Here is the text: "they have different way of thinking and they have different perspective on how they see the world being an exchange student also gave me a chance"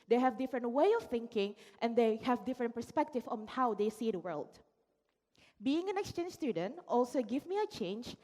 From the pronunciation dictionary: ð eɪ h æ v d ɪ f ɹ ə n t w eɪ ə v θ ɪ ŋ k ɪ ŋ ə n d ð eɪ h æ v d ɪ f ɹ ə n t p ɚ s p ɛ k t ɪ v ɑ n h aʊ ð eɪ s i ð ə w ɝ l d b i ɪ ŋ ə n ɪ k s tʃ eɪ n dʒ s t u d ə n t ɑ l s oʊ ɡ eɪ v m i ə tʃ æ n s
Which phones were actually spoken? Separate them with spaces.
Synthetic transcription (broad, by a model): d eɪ h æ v d ɪ f ɹ ə n t w eɪ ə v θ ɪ ŋ k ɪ ŋ ə n d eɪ h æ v d ɪ f ɹ ə n t p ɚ s p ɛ k t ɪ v ɑ n h aʊ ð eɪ s i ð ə w ɝ l d b i ɪ ŋ ə n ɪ k s tʃ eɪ n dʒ s t u d ə n t ɑ l s oʊ ɡ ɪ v m i ə tʃ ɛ n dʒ